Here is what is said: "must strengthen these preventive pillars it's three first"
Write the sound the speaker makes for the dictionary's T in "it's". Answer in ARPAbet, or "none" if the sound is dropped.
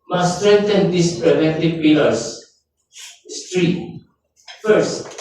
S